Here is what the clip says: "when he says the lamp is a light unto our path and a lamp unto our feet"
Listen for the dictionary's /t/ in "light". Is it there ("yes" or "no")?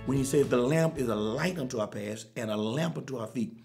yes